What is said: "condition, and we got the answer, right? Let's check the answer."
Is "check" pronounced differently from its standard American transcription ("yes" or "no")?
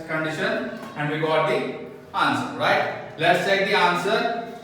yes